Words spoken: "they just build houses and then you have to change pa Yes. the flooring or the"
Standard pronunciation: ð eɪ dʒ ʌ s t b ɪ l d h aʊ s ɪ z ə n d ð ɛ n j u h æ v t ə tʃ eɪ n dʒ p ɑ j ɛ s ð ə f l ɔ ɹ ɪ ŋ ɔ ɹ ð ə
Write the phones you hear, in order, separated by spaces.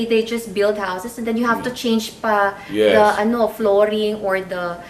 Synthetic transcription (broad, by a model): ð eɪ dʒ ʌ s t b ɪ l d h aʊ s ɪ s ə n d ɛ n j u h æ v t ə tʃ eɪ n dʒ p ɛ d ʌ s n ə f l ɔ ɹ ɪ ŋ ɔ ɹ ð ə